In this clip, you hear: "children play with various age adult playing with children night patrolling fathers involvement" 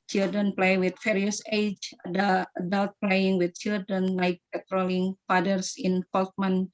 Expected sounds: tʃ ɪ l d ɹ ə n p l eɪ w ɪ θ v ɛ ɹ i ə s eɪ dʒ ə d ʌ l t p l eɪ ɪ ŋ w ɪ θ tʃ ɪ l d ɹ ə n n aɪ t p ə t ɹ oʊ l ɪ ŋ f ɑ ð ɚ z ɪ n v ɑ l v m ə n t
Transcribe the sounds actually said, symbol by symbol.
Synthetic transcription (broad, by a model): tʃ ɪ l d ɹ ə n p l eɪ w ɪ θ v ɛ ɹ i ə s eɪ dʒ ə d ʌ l t p l eɪ ɪ ŋ w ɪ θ tʃ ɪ l d ɹ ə n l aɪ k p ə t ɹ oʊ l ɪ ŋ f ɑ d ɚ s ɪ n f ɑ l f m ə n